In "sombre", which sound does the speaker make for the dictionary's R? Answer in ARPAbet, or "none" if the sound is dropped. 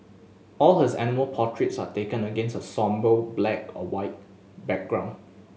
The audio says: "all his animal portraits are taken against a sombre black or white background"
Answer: none